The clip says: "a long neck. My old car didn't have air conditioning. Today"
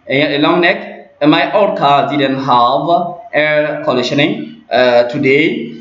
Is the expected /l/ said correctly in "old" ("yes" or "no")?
no